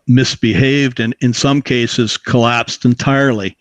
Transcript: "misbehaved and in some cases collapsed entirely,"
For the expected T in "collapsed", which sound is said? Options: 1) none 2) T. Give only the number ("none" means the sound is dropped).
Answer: 2